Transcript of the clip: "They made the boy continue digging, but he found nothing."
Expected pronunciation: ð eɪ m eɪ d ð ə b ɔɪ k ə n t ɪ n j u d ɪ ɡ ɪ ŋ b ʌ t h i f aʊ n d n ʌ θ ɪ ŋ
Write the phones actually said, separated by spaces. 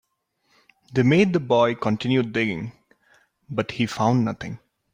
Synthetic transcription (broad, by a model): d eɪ m eɪ d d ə b ɔɪ k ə n t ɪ n j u d ɪ ɡ ɪ ŋ b ʌ t h i f aʊ n d n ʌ t ɪ ŋ